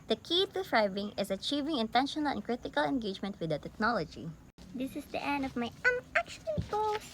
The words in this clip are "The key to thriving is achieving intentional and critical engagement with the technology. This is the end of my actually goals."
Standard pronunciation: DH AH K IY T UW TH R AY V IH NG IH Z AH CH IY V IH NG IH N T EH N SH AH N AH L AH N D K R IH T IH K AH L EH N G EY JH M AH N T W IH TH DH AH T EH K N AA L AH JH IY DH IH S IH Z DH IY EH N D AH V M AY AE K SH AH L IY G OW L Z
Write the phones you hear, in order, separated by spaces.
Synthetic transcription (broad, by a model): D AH K IY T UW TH R AY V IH NG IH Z AH CH IY V IH NG IH N T EH N SH AH N AH L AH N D K R IH T IH K AH L EH N G EY JH M AH N T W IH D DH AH T EH K N AA L AH JH IY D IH S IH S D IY EH N D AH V M AY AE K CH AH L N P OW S